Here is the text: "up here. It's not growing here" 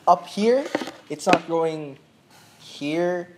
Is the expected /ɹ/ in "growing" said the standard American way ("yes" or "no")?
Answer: no